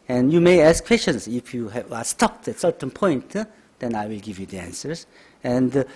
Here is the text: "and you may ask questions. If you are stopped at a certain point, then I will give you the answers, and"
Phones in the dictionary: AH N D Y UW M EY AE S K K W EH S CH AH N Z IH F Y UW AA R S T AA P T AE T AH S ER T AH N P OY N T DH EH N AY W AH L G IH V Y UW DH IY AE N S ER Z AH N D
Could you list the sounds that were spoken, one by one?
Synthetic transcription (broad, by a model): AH N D Y UW M EY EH S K K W EH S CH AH N S IH F Y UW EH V S T AA P T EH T S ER T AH N P OY N T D EH N AY W AH L G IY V Y UW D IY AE N S ER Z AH N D